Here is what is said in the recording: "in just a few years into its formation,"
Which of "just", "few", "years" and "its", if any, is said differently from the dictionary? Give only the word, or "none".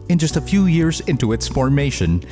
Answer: none